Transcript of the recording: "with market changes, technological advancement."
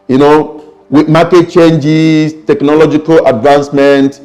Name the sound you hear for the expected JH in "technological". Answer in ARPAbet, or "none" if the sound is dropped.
JH